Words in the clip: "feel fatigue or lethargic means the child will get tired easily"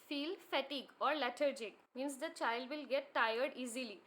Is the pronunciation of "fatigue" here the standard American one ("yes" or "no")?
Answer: yes